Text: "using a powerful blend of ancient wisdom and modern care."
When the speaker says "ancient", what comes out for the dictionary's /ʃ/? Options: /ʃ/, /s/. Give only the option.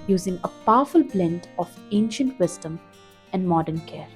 /ʃ/